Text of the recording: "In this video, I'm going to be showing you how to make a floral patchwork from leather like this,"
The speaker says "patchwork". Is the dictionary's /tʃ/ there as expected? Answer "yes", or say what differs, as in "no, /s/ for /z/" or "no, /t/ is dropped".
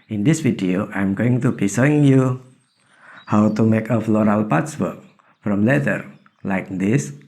no, /s/ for /tʃ/